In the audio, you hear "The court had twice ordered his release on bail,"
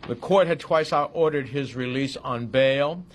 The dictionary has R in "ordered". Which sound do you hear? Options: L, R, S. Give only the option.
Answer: R